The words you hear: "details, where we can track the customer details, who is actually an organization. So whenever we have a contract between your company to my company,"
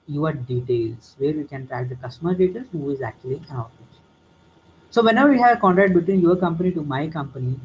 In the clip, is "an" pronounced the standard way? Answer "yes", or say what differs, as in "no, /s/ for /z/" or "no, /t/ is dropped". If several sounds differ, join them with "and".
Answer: no, /l/ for /n/